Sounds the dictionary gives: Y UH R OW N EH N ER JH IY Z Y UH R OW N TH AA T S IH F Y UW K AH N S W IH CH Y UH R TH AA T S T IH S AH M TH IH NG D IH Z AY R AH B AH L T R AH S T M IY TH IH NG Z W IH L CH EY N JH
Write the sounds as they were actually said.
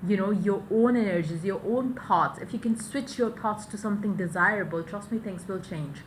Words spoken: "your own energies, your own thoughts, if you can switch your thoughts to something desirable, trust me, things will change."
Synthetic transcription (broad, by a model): Y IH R OW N EH N ER JH IY Z Y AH R OW N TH AA T S IH F Y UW K AH N S W IH CH Y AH R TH AA T S T IH S AH M TH IH NG D IH Z AY R AH B AH L T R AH S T M IY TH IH NG S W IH L CH EY N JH